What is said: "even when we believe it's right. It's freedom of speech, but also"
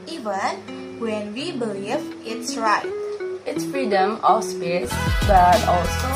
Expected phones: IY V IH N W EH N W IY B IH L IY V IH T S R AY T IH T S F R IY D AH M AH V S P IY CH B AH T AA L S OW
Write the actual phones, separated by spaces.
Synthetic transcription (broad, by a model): IY V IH N W EH N W IY B IH L IY V IH T S R AY T IH T S F R IY D AH M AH F S P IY S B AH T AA L S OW